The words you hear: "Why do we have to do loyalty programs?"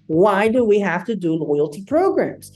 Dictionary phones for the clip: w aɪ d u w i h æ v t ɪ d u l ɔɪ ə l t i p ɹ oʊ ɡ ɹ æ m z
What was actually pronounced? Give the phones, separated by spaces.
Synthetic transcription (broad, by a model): w aɪ d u w i h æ f t ɪ d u l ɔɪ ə l t i p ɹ oʊ ɡ ɹ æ m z